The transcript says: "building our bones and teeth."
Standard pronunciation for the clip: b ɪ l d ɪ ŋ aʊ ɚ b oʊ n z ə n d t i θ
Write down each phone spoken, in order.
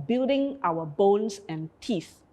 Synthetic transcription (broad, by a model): b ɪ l d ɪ ŋ aʊ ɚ b oʊ n s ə n t i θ